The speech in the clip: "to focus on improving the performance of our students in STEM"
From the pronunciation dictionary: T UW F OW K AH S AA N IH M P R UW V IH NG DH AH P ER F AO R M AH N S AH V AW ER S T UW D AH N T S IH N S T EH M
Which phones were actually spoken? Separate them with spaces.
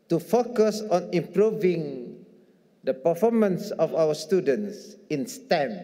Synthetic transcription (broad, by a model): T UW F OW K AH S AA N IH M P R UW V IH NG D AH P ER F AO M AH N S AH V AW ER S T UW D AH N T S IH N S T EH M